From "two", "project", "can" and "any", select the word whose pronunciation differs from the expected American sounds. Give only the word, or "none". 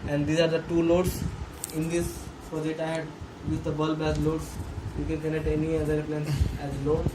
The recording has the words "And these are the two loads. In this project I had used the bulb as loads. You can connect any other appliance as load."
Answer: project